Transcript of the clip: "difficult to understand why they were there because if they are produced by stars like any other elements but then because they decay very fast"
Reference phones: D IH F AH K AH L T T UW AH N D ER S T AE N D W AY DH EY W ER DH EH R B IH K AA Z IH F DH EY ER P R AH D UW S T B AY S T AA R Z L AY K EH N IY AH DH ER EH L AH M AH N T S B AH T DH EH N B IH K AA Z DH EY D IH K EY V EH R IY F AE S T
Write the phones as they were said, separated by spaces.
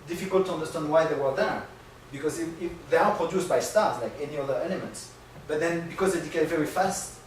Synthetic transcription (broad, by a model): D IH F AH K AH L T T UW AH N D ER S T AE N D W AY DH EY W ER DH EH R B IH K AA Z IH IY DH EY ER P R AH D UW S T B AY S T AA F L AY K EH N IY AH DH ER EH L AH M AH N T S B AH T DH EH N B IH K AA Z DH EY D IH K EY V EH R IY F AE S T